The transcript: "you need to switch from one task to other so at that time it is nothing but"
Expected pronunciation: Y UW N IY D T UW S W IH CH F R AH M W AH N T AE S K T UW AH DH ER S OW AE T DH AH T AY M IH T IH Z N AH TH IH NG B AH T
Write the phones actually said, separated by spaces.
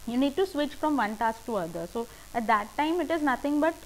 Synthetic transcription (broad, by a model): Y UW N IY D T UW S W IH CH F R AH M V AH N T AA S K T UW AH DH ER S OW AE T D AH T AY M IH T IH Z N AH T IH NG B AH T